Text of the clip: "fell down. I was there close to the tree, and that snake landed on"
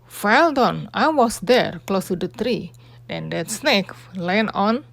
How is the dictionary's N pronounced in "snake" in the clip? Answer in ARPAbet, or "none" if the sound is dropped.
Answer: N